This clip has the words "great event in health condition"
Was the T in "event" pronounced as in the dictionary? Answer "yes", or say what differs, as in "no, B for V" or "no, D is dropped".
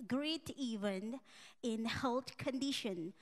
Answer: no, T is dropped